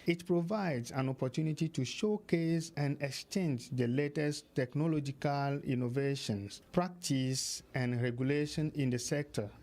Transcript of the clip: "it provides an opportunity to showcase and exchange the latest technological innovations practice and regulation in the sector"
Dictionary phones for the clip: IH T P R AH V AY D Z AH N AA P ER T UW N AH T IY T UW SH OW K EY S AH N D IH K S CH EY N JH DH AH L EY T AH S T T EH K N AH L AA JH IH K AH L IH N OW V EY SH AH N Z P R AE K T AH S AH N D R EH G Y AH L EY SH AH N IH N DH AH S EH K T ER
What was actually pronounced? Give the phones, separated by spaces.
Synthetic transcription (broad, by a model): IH T P R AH V AY D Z AH N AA P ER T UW N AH T IY T UW SH OW K EY S AH N D IH K S CH EY N JH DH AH L EY T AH S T T EH K N AH L AA JH IH K AH L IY N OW V EY SH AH N S P R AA K T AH S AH N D R EH G Y AH L EY SH AH N IH N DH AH S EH K T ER